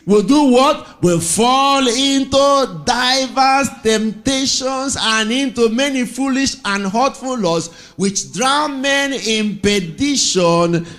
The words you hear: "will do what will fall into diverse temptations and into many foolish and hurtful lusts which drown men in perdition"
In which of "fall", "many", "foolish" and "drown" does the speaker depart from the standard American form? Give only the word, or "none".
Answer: none